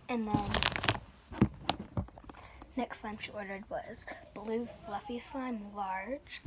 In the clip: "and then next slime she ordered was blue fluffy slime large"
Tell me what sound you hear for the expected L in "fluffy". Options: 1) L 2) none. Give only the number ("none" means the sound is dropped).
1